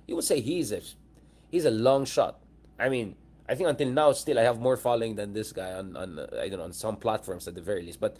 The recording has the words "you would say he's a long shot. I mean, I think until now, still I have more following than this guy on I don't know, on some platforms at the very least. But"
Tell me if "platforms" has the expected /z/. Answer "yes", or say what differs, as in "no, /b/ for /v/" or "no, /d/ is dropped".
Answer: no, /s/ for /z/